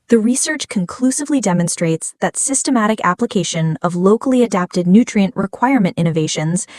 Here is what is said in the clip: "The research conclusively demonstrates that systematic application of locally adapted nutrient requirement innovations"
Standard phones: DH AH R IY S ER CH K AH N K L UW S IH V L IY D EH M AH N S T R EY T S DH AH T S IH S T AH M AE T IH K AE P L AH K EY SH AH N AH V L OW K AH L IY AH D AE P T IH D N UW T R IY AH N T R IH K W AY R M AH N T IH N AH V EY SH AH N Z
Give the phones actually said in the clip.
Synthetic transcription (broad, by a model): DH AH R IY S ER CH K AH N K L UW S IH V L IY D EH M AH N S T R EY T S DH AH T S IH S T AH M AE T IH K AE P L AH K EY SH AH N AH V L OW K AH L IY AH D AE P T IH D N UW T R IY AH N T R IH K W AY R M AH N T IH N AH V EY SH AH N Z